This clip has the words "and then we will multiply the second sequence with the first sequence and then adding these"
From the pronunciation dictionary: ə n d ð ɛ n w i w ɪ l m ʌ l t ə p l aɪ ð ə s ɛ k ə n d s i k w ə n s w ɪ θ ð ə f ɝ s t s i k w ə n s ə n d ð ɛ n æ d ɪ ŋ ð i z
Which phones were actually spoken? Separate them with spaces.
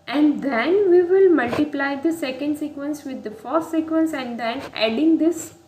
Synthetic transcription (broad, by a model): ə n d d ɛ n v i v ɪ l m ʌ l t ə p l aɪ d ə s ɛ k ə n d s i k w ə n s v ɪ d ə f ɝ t s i k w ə n s ə n d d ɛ n æ d ɪ ŋ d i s